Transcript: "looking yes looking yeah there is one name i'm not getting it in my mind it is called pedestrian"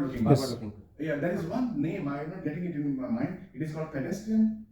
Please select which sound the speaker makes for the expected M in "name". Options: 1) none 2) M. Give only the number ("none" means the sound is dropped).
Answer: 2